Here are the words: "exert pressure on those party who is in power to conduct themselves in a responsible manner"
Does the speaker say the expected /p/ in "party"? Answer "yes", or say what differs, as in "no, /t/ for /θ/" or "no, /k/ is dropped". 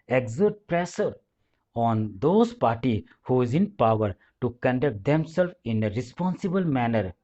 yes